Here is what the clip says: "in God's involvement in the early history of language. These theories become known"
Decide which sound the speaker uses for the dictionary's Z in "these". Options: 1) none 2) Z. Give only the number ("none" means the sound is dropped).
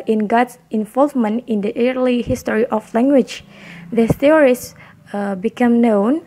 1